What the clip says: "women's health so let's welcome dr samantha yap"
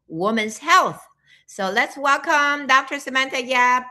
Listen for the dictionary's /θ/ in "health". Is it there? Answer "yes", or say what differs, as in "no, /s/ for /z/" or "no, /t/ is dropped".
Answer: yes